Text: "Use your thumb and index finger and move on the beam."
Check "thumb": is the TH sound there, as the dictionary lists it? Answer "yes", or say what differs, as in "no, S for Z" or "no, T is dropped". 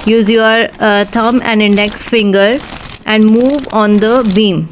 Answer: no, T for TH